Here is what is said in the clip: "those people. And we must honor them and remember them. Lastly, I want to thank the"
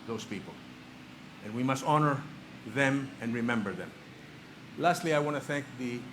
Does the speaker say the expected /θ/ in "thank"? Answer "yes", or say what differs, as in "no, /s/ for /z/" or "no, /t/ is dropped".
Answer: yes